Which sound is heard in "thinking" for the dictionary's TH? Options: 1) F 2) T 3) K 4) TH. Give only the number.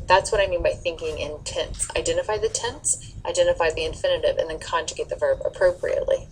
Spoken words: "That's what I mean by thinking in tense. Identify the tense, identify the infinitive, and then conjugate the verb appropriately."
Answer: 4